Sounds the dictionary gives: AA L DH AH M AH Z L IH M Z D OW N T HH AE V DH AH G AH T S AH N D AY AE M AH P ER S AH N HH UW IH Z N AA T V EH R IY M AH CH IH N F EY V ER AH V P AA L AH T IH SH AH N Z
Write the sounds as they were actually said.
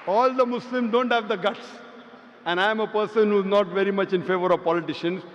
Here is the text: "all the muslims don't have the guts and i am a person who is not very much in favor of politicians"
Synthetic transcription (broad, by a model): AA L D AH M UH S L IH M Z D OW N T HH AE V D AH G AH T S AH N D AY M AH P ER S AH N HH UW IH Z N AA T V EH R IY M AH CH IH N F EY V ER AH V P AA L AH T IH SH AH N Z